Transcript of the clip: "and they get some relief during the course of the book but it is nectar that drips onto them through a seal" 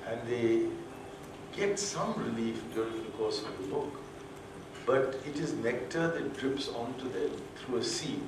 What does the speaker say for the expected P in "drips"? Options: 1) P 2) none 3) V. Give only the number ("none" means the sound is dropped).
1